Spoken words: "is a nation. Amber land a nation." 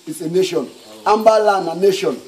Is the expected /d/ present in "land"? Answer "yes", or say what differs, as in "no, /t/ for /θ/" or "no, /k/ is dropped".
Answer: no, /d/ is dropped